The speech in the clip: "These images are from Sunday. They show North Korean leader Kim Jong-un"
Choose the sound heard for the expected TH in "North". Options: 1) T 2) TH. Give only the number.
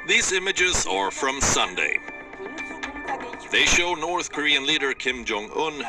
2